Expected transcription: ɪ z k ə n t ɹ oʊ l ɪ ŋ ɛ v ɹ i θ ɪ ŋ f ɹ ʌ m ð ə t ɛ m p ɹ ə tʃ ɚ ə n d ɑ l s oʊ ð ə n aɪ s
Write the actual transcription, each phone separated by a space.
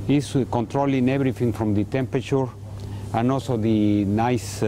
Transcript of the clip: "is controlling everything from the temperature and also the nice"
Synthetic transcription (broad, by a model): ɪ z k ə n t ɹ oʊ l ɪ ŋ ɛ b ɹ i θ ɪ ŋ f ɹ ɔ m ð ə t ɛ m p ɹ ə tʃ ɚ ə n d ɑ l s oʊ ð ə n aɪ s